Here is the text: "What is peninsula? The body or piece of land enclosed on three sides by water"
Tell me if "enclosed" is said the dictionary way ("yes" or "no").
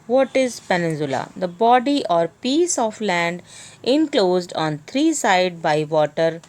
yes